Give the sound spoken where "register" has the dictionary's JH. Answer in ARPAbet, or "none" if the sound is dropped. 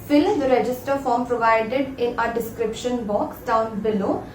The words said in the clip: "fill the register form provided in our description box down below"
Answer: JH